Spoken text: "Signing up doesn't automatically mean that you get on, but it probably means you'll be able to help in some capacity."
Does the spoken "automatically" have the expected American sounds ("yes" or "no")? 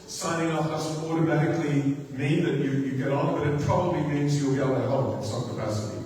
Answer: yes